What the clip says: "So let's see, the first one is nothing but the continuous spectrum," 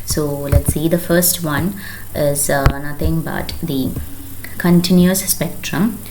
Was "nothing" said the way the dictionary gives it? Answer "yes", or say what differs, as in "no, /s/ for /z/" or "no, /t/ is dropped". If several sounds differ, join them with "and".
no, /t/ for /θ/